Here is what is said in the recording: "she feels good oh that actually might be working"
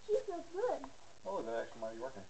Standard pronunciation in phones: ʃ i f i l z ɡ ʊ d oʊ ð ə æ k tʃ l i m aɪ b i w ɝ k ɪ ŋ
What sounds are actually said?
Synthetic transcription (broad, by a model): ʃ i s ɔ z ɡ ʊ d oʊ ð ə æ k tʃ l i m aɪ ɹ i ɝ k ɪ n